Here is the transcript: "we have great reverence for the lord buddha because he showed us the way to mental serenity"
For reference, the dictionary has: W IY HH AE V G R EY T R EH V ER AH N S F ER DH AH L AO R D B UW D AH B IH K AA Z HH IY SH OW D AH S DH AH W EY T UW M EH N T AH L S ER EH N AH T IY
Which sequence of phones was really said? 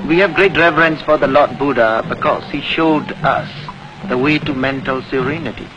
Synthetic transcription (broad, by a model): W IY HH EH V G R EY T R EH V ER AH N S F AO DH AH L AO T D B UW D AH B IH K AA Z HH IY SH OW D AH S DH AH W EY T UW M EH N T AH L S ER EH N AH T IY